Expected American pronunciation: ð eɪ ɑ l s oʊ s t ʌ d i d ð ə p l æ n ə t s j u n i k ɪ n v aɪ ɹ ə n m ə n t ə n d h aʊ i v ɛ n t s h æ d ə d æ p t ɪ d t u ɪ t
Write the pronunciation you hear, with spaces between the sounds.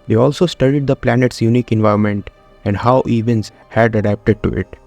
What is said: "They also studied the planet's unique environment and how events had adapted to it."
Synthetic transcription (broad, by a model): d eɪ ɑ l s oʊ s t ʌ d i d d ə p l æ n ə t s j u n i k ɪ n v aɪ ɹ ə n m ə n t ə n d h aʊ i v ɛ n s h æ d ə d æ p t ɪ d t u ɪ t